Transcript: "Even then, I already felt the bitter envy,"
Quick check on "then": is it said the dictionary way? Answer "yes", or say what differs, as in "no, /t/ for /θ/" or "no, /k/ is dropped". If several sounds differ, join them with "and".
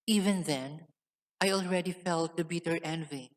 yes